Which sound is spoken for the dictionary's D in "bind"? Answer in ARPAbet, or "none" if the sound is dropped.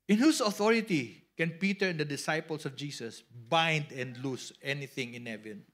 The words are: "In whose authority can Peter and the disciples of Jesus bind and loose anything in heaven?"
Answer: D